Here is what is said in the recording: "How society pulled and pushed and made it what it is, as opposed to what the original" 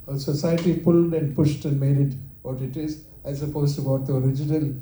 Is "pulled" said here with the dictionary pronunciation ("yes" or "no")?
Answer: yes